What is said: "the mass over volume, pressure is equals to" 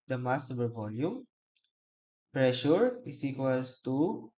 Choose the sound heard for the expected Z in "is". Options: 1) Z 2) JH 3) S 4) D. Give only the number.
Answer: 3